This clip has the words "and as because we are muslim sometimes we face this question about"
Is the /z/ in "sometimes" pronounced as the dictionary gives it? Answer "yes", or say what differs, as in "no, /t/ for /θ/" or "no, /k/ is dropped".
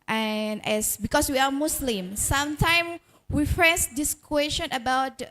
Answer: no, /z/ is dropped